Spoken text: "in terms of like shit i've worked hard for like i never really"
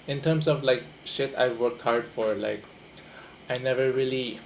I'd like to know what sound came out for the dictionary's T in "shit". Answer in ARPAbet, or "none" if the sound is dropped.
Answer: T